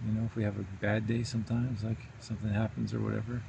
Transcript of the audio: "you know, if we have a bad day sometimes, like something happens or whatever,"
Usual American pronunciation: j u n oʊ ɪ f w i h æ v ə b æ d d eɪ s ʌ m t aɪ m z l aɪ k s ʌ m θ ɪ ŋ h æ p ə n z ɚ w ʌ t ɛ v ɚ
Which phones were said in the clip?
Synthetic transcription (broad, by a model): j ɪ n oʊ ɪ f w i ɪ v ə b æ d d eɪ s ʌ m t aɪ m z l aɪ k s ʌ m θ ɪ ŋ h æ p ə n z ɚ w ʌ t ɛ v ɚ